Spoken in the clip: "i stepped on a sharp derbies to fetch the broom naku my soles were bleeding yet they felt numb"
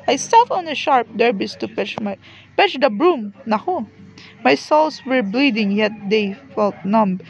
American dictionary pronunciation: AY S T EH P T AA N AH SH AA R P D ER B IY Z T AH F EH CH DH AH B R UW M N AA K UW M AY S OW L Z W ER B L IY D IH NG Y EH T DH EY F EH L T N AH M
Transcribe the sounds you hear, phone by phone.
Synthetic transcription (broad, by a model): AY S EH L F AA N AH SH AA R P D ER B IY S T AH P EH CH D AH B R UW M N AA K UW M AY S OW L S W ER B L IY D IH NG Y EH T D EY F EH L T N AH M